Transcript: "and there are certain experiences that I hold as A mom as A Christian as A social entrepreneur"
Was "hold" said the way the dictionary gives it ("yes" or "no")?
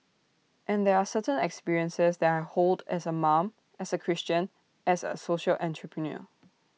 yes